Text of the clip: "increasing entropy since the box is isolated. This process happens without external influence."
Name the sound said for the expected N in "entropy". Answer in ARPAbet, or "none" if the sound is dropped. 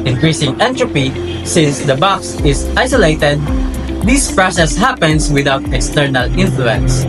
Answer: N